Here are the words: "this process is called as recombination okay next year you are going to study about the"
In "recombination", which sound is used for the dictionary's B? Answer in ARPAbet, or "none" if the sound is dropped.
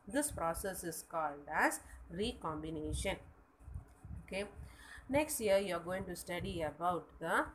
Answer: B